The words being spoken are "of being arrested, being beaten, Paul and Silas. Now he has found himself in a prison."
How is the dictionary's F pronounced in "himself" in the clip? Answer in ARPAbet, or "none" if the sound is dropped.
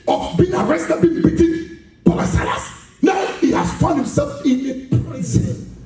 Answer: F